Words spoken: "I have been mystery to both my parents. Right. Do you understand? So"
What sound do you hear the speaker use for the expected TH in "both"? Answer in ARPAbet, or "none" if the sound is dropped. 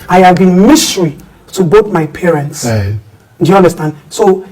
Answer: T